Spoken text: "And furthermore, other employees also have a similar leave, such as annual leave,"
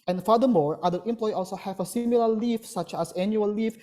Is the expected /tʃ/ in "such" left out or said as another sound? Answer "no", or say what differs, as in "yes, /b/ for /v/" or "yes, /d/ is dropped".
no